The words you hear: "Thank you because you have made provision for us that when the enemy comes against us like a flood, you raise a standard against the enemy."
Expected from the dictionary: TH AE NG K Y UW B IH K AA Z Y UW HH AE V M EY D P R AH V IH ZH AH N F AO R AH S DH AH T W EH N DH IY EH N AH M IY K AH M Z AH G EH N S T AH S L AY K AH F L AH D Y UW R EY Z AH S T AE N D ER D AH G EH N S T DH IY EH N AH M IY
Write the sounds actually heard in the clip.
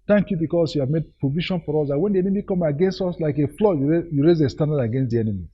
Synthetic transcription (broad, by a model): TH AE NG K Y UW B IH K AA S Y UW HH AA V M EY D P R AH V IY SH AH N F AO R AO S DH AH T W EH N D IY EH N AH M IY K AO M AH G EH N S T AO S L AY K AH F L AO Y Y UW R EY Z AH S T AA N D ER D AH G EH N S T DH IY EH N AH M IY